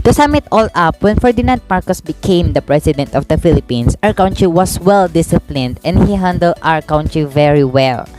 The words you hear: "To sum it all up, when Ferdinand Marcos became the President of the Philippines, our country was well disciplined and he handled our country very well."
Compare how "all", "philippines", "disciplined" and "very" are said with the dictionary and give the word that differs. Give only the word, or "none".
philippines